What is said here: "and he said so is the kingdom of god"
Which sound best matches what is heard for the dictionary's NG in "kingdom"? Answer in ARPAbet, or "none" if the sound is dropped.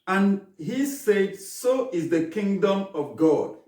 NG